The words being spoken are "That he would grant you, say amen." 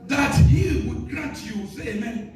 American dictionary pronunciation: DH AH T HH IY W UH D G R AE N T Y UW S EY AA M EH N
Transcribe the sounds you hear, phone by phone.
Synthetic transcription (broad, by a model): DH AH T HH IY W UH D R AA T Y UW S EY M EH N